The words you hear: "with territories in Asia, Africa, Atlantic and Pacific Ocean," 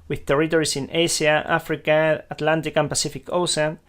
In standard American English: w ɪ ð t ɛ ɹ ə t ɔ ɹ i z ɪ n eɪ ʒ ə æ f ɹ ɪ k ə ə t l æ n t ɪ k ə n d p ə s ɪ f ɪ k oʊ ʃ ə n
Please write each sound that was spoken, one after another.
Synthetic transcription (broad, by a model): w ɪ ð t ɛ ɹ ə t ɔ ɹ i s ɪ n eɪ s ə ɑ f ɹ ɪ k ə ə t l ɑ n t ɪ k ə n p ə s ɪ f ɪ k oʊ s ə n